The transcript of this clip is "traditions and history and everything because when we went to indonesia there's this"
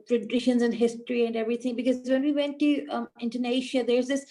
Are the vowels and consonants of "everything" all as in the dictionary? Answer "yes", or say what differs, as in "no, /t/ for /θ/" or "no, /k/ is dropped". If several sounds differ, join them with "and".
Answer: no, /t/ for /θ/